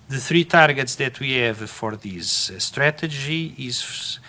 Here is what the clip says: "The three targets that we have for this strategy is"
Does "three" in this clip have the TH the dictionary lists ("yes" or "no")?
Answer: yes